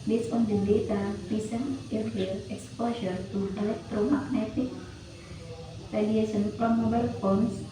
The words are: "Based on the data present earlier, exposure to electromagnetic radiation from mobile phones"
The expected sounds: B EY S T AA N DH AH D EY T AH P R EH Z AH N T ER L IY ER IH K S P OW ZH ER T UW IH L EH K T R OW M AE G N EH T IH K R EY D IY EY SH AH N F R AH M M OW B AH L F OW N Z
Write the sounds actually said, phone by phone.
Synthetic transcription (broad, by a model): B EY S AA N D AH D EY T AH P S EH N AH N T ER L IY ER K S P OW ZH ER T UW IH L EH K T R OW M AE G N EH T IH K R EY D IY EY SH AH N P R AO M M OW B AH L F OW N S